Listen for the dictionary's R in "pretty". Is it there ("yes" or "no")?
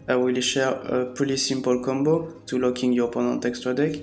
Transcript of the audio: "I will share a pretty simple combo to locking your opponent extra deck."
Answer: no